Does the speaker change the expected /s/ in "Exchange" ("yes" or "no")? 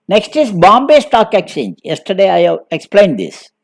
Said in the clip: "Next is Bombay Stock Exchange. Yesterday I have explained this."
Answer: yes